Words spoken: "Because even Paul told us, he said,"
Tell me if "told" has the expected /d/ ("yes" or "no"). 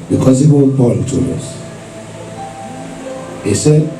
no